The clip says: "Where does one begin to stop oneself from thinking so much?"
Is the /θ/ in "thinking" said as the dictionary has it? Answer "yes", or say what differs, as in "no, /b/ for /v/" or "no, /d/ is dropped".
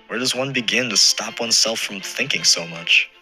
yes